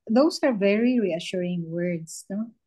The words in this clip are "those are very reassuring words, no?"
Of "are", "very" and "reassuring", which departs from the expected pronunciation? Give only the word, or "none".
none